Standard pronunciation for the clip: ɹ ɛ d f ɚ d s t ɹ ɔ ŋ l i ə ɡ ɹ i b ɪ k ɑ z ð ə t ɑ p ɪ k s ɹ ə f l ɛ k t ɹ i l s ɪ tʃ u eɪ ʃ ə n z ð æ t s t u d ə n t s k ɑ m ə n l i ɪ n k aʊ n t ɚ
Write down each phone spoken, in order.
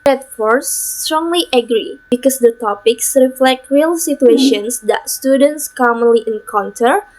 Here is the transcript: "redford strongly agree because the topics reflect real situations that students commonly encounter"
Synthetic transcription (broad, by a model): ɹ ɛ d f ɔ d s t ɹ ɔ ŋ l i ə ɡ ɹ i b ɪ k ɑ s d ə t ɑ p ɪ k s ɹ ə f l ɛ k t ɹ i l s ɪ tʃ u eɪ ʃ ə n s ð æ t s t u d ə n t s k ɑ m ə n l i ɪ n k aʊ n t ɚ